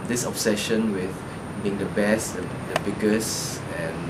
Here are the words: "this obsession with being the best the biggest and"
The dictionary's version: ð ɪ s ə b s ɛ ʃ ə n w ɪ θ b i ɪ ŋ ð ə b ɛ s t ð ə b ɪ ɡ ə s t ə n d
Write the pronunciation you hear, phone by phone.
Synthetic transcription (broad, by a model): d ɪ s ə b s ɛ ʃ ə n w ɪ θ b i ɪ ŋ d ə b ɛ s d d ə b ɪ ɡ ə s ə n